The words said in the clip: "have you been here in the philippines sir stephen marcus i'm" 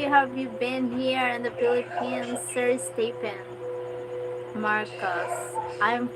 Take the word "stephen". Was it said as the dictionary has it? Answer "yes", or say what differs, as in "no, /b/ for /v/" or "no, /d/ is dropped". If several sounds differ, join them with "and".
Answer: no, /p/ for /v/